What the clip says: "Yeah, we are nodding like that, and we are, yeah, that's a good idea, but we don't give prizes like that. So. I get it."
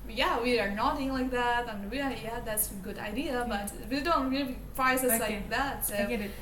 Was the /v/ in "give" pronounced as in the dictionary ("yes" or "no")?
no